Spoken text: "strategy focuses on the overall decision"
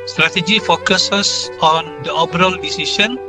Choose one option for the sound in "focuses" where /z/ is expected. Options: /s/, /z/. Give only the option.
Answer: /s/